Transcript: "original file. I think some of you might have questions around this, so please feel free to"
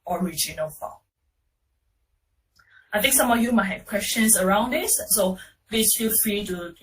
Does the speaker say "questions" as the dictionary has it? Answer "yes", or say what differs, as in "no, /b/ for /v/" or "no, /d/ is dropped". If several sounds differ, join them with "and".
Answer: no, /s/ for /z/